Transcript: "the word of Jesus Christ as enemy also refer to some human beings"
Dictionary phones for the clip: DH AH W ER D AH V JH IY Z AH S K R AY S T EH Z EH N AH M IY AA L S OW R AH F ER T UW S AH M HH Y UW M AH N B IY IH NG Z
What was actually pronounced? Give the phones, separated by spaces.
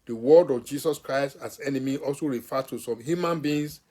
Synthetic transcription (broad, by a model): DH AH W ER D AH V JH IY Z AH S K R AY S T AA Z EH N AH M IY AA L S OW R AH F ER T UW S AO M HH Y UW M AH N B IY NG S